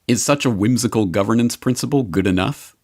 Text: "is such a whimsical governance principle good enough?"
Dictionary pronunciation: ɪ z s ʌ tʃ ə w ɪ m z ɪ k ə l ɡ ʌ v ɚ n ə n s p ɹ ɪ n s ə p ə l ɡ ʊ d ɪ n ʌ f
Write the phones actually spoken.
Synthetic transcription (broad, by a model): ɪ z s ʌ tʃ ə w ɪ m z ɪ k ə l ɡ ʌ v ɚ n ə n s p ɹ ɪ n s ə p ə l ɡ ʊ d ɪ n ʌ f